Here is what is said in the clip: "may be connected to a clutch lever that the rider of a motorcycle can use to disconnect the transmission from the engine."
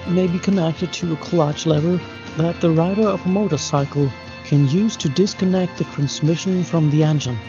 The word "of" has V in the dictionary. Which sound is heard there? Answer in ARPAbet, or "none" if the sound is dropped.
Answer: V